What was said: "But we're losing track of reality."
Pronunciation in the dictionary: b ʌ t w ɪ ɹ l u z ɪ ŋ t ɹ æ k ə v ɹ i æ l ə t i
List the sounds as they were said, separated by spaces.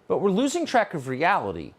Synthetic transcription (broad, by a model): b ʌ t w ɪ ɹ l u z ɪ ŋ t ɹ æ k ə v ɹ i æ l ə t i